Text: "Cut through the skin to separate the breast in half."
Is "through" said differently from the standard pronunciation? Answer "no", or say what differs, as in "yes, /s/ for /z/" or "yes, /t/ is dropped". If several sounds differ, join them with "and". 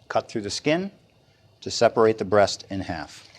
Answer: no